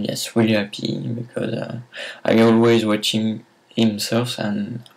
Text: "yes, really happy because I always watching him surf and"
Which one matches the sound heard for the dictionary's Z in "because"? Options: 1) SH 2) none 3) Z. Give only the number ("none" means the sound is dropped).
3